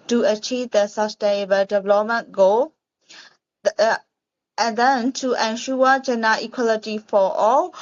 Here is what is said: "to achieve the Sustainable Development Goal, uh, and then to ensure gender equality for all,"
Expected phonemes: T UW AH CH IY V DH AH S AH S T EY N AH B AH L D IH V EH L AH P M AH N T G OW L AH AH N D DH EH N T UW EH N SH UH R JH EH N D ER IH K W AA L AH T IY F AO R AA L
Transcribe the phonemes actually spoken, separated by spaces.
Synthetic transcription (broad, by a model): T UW AH CH IY V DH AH S AH S T EY N AH B AH L D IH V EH L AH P M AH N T G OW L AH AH N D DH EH N T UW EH N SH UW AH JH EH N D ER IH K W AA L AH T IY F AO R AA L